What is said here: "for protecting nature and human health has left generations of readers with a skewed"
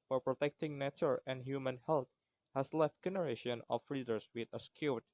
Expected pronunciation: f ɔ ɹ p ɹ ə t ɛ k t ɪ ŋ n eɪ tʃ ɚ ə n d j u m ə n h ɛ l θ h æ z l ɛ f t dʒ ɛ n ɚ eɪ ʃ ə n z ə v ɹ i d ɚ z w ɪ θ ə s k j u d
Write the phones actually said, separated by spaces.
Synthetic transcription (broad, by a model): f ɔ ɹ p ɹ ə t ɛ k t ɪ ŋ n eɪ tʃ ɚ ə n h j u m ə n h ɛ l t h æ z l ɛ f t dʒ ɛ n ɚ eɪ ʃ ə n ə f ɹ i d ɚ s w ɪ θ ə s k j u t